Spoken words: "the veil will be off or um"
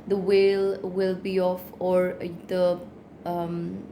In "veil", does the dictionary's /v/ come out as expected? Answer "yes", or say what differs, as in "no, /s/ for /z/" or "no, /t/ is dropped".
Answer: no, /w/ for /v/